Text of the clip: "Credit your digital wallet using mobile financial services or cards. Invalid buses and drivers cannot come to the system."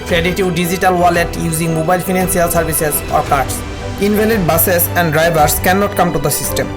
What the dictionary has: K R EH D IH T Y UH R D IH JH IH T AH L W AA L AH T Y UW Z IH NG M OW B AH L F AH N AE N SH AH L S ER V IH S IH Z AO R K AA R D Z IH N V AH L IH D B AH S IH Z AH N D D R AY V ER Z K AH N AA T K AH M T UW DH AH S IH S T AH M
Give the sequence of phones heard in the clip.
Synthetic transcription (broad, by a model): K R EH D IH T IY W D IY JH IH T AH L W AA L AH T Y UW Z IH NG M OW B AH L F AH N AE N S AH L S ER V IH S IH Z AO R K AA R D S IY N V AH L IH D B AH S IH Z AH N D D R AY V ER S K AH N AA T K AH M T UW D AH S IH S T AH M